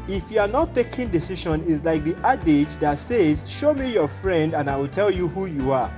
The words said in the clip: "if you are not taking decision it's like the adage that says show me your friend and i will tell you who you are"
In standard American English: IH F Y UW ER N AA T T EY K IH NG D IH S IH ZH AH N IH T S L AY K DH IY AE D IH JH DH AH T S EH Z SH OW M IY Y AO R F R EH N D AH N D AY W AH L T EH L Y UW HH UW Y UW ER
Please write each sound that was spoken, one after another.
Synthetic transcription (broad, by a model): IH F Y UW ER N AA T T EY K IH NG D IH S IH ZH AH N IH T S L AY K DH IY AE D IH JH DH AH T S EH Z SH OW M IY Y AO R F R EH N D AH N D AY W AH L T EH L Y UW HH UW Y UW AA